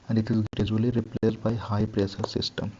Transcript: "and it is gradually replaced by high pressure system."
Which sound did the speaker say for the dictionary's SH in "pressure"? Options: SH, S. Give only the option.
S